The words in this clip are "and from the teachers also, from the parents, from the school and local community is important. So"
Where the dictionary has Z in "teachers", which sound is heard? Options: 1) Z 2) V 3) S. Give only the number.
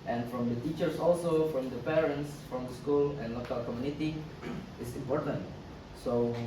3